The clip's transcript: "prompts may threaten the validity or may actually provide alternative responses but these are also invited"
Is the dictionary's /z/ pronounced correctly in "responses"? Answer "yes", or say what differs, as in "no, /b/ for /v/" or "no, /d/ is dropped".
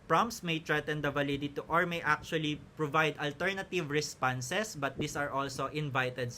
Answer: no, /s/ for /z/